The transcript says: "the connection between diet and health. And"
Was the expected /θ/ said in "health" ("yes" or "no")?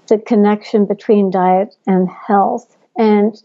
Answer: yes